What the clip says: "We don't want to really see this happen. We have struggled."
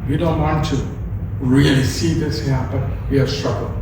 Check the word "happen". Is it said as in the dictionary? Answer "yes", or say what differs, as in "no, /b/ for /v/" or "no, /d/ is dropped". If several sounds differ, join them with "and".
no, /b/ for /p/